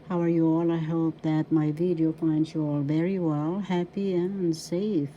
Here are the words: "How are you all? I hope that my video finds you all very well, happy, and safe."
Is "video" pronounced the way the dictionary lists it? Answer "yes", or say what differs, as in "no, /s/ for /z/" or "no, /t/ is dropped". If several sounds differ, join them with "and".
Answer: yes